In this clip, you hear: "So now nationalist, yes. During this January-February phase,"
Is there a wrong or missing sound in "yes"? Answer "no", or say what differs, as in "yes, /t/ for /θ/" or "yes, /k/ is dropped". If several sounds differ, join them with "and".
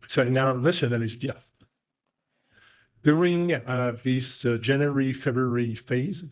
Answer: yes, /θ/ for /s/